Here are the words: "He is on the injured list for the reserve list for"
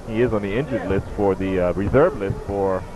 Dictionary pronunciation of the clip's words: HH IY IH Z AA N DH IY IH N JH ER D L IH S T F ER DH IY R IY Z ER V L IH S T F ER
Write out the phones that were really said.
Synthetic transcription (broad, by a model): HH IY IH Z N DH IY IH N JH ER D L IH S T F ER DH IY R IY Z ER V L IH S T F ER